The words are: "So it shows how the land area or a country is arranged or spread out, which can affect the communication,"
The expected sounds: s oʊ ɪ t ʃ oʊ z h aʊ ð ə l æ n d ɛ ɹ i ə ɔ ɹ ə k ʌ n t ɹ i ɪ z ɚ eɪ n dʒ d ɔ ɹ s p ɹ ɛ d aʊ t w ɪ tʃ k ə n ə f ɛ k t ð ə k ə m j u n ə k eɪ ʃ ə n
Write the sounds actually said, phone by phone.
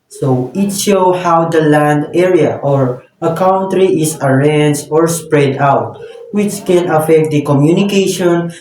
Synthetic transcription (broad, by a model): s oʊ ɪ t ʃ oʊ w h aʊ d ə l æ n d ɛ ɹ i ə ɔ ɹ ə k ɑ n t ɹ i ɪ s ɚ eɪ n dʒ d ɔ ɹ s p ɹ ɛ d aʊ t w ɪ tʃ k ə n ə f ɛ k t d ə k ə m j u n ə k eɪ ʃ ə n